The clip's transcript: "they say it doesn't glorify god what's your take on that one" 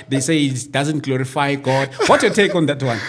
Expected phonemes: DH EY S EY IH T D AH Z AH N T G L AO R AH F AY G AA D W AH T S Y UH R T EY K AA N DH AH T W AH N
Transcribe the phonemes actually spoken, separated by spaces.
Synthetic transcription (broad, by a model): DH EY S EY IH T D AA Z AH N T G L AO R AH F AY G AA D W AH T Y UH T EY K AA N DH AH T W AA N